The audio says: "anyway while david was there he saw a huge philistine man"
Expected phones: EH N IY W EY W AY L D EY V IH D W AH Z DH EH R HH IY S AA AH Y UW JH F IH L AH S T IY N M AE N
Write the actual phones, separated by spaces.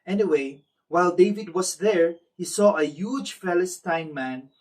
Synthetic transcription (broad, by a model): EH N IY W EY W AY L D EY V IH D W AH S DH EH R HH IY S AA AH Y UW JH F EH L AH S T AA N M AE N